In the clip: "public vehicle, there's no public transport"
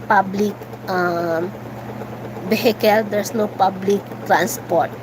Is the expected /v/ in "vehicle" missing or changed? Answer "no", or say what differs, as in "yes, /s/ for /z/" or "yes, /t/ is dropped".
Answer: yes, /b/ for /v/